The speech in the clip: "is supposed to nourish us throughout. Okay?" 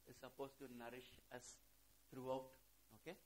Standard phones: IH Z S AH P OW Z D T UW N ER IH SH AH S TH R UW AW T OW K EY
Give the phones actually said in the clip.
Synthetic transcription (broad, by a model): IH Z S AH P OW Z T UW N ER IH SH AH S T R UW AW T OW K EY